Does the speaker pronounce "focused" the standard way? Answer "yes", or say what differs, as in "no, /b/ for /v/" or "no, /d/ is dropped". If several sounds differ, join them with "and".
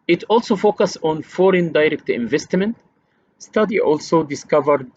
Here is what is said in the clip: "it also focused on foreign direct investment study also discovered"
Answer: no, /t/ is dropped